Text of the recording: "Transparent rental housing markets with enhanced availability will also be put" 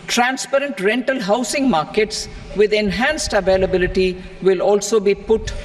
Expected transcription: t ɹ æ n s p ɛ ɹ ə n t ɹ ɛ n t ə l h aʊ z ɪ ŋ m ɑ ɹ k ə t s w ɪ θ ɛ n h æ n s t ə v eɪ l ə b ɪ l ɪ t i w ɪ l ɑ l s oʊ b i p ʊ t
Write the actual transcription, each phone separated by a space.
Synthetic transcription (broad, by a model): t ɹ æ n s p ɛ ɹ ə n t ɹ ɛ n t ə l h aʊ s ɪ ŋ m ɑ ɹ k ə t s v ɪ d ɛ n h æ n s t ə v eɪ l ə b ɪ l ɪ t i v ɪ l ɑ l s oʊ b i p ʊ t